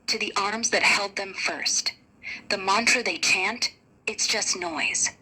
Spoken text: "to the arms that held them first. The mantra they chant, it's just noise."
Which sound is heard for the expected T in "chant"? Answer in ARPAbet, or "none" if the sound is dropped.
T